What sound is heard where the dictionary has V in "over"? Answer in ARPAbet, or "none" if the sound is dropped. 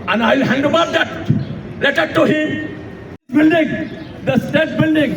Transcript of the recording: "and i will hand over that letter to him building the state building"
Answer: B